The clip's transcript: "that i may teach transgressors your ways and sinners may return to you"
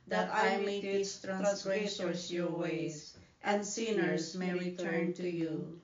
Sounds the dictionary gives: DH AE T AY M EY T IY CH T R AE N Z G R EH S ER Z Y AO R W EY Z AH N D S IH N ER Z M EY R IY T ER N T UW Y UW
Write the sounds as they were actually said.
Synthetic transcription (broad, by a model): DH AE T AY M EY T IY S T R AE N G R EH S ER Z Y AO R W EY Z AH N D S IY N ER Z M EY R IY T ER N T UW Y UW